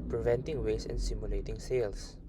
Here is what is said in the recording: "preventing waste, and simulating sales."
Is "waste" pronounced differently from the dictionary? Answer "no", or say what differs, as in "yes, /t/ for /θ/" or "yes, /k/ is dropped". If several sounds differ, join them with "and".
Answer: yes, /t/ is dropped